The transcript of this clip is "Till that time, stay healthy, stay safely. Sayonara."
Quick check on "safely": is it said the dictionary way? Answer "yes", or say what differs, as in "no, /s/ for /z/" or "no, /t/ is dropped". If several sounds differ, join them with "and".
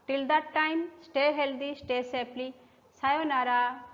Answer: no, /p/ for /f/